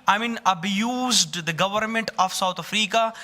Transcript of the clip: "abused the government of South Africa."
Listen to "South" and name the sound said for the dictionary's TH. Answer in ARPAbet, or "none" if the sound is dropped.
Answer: T